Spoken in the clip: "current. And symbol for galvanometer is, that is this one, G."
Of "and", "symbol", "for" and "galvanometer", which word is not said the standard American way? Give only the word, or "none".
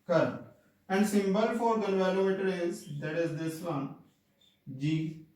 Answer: galvanometer